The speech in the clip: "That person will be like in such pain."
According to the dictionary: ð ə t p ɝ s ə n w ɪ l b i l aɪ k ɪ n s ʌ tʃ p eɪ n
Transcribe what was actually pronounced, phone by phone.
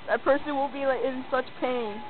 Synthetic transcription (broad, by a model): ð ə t p ɝ s ə n w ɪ n b i l aɪ k ɪ n s ʌ tʃ p eɪ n